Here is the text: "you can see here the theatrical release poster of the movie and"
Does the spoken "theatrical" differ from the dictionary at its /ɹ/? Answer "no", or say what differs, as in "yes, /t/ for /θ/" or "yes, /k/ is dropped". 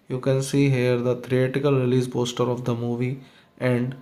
yes, /ɹ/ is dropped